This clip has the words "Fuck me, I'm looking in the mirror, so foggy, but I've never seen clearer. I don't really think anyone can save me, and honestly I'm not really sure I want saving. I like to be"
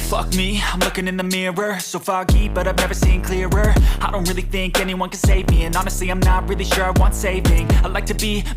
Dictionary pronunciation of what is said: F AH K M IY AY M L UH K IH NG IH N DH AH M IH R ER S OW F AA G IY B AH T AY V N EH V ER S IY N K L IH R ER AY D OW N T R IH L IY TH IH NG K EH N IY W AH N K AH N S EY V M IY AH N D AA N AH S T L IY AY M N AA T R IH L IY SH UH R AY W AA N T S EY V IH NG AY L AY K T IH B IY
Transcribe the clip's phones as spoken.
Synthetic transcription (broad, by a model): F AH K M IY AY M L UH K IH NG IH N DH AH M IH R ER S OW F AA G IY B AH T AY V N EH V ER S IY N K L IH R ER AY D OW N T R IH L IY TH IH NG K EH N IY W AH N K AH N S EY V M IY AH N AA N AH S T L IY AY M N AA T R IH L IY SH UH R AY W AA N T S EY V IH NG AY L AY K T IH B IY